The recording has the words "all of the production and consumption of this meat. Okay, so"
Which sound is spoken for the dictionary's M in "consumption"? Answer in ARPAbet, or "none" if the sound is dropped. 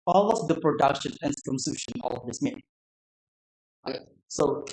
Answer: none